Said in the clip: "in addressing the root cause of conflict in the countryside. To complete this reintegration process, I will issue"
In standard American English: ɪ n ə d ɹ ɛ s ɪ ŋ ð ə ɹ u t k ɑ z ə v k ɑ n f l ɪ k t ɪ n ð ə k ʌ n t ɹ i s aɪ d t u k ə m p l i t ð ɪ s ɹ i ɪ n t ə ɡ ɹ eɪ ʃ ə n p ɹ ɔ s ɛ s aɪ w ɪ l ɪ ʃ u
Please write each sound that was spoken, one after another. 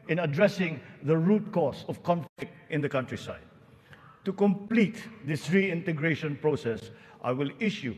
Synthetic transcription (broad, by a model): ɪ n ə d ɹ ɛ s ɪ ŋ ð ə ɹ u t k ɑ s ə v k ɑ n f l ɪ k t ɪ n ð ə k ʌ n t ɹ i s aɪ d t u k ə m p l i t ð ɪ s ɹ i ɪ n t ə ɡ ɹ eɪ ʃ ə n p ɹ ɔ s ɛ s aɪ w ɪ l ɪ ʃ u